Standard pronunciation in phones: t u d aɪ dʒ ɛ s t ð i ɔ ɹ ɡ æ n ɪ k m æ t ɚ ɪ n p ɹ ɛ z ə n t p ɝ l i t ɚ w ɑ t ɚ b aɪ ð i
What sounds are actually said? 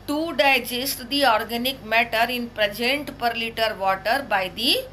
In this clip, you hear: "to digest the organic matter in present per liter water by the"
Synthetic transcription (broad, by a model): t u d aɪ dʒ ɛ s t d i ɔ ɹ ɡ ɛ n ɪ k m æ t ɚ ɪ n p ɹ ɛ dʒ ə n t p ɝ l i t ɚ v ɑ t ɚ b aɪ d i